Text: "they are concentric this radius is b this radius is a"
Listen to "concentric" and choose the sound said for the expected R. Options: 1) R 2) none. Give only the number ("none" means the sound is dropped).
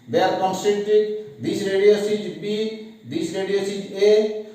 2